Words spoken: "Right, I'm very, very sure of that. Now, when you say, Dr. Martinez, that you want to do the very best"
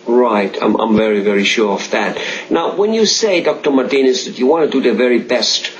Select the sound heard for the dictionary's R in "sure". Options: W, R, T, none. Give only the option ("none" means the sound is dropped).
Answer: R